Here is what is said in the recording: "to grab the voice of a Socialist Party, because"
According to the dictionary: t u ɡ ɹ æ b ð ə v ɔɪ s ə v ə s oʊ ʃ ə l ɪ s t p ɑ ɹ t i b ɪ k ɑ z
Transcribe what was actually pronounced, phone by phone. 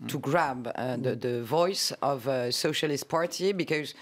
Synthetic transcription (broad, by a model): t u ɡ ɹ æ b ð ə v ɔɪ s ə v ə s oʊ ʃ ə l ɪ s t p ɑ ɹ t i b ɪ k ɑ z